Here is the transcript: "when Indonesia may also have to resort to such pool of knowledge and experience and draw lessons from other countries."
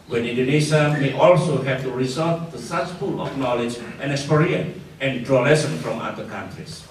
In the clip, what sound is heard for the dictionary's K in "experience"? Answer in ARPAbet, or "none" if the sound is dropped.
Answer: none